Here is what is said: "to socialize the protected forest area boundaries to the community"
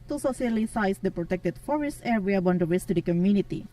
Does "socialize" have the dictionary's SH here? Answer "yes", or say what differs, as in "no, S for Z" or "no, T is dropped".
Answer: no, S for SH